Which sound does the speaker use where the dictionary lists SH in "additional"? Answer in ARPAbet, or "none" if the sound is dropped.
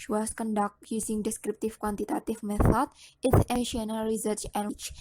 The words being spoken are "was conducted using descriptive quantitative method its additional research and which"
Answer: none